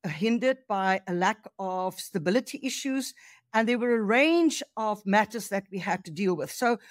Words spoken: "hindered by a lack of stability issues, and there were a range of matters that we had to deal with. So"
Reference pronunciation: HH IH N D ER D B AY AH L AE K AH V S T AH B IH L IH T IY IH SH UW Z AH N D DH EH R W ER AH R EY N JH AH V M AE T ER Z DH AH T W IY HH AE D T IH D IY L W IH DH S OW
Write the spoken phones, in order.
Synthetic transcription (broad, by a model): HH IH N D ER D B AY AH L AE K AH V S T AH B IH L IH T IY IH SH UW Z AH N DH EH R W ER AH R EY N JH AH V M AE T ER Z DH AH T W IY HH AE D T IH D IY L W IH DH S OW